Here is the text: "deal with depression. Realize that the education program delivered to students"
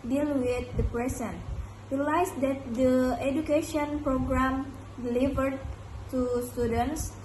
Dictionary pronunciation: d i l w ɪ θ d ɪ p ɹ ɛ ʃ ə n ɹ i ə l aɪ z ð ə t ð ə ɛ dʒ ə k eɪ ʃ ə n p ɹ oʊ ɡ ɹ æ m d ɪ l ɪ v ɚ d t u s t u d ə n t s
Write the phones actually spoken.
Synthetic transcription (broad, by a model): d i l w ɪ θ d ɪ p ɹ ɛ s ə n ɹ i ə l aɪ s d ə t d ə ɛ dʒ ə k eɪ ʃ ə n p ɹ oʊ ɡ ɹ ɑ m d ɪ l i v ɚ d t u s t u d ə n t s